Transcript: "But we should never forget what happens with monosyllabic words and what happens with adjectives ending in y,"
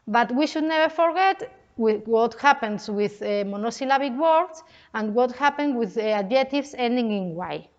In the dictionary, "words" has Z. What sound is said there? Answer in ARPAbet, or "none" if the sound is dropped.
S